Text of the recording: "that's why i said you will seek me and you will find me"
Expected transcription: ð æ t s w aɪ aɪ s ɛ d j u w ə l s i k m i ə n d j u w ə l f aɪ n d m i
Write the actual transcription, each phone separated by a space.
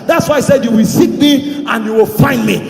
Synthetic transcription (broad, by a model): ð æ t s w aɪ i s ɛ d j u w ə l s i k m i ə n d j u w ə l f aɪ n d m i